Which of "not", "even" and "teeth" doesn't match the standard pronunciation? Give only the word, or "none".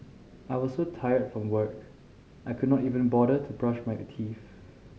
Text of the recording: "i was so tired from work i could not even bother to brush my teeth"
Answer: teeth